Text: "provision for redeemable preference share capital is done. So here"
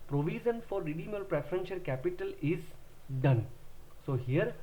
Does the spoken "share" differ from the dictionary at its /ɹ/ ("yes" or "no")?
yes